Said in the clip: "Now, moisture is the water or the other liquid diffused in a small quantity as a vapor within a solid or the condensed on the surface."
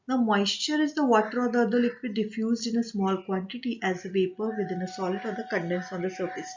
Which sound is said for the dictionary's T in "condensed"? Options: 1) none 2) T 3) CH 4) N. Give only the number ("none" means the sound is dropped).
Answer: 1